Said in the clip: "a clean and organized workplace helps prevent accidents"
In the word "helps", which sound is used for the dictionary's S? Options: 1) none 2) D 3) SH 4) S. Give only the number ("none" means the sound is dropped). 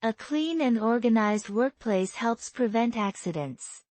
4